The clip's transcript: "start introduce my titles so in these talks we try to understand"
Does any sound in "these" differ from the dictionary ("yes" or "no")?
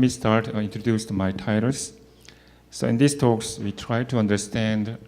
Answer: yes